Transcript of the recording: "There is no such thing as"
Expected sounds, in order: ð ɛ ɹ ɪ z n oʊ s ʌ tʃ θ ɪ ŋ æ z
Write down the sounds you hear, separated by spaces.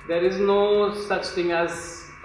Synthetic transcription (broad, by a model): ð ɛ ɹ ɪ z n oʊ s ʌ tʃ t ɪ ŋ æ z